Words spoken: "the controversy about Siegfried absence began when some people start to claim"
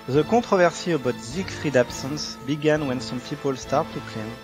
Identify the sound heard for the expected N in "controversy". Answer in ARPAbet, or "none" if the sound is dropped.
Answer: none